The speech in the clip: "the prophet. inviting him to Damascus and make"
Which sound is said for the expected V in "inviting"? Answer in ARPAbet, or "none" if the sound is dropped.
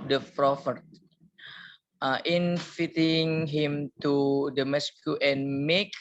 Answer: F